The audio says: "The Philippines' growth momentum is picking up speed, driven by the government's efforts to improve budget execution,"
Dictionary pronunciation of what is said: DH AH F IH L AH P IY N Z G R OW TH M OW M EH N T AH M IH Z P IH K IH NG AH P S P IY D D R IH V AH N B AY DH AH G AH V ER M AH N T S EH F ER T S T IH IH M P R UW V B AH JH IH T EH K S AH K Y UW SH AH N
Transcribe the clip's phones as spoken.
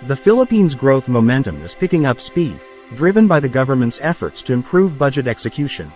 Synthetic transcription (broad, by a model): DH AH F IH L AH P IY N Z G R OW TH M OW M EH N T AH M IH Z P IH K IH NG AH P S P IY D D R IH V AH N B AY DH AH G AH V ER M AH N T S EH F ER T S T IH IH M P R UW V B AH JH IH T EH K S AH K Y UW SH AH N